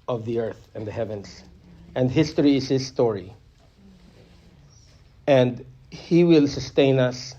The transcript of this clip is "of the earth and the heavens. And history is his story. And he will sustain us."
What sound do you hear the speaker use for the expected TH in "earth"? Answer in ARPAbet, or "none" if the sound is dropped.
TH